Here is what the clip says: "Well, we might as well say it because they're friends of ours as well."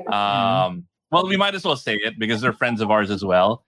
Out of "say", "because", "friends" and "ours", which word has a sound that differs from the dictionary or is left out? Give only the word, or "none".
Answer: none